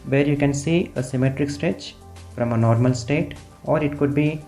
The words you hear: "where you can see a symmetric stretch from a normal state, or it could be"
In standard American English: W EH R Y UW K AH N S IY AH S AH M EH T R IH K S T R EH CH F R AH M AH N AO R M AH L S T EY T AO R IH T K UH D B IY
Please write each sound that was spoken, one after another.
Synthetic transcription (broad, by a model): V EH R Y UW K AH N S IY AH S AH M EH T R IH K S T R EH CH F R AH M AH N AO R M AH L S T EY T AO R IH T K UH D B IY